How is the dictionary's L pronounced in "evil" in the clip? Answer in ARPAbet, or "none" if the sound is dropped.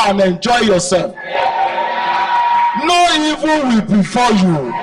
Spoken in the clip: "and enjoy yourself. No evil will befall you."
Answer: N